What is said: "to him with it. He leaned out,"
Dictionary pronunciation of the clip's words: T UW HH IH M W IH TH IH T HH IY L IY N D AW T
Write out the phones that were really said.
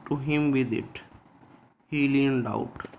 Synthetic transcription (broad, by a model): T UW HH IH M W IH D IH T HH IY L IY N D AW T